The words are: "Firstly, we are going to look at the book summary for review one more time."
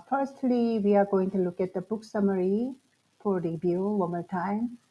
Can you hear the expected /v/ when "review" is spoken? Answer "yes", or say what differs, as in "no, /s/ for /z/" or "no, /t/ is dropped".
no, /b/ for /v/